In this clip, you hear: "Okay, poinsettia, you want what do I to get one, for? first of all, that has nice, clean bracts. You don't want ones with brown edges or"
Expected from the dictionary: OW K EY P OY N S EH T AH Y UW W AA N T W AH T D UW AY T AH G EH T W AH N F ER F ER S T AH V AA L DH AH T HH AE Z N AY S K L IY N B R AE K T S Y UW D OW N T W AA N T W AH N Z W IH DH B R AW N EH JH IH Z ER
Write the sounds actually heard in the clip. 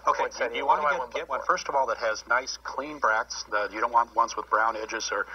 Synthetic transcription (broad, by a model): OW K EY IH S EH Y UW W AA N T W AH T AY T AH G EH T W AH N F F ER S T AH V AA L DH AH T HH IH Z N AY S K L IY N B R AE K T S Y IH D OW N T W AA N T W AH N S W IH DH B R AW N EH JH IH Z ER